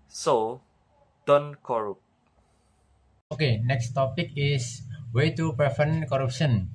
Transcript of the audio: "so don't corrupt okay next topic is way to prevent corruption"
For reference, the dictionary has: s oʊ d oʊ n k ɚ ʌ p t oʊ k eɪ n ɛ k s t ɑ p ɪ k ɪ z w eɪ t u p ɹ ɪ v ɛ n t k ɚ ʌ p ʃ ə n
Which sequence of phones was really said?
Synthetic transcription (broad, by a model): s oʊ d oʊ n k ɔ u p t oʊ k eɪ n ɛ k s t ɑ p ɪ k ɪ s w eɪ t u p ɪ f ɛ n k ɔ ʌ p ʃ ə n